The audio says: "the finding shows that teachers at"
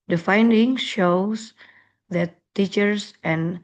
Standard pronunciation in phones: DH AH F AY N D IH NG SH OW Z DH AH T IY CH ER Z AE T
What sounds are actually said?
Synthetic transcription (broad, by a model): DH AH F AY N D IH NG SH OW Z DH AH T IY CH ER S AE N